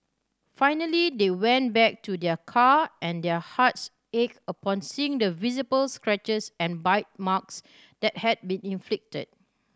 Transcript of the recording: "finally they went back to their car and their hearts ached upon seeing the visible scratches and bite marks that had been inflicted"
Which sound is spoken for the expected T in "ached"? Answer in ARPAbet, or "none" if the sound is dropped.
none